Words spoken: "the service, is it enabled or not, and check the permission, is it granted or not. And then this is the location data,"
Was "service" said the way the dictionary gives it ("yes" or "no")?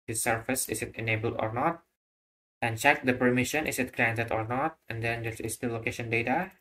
no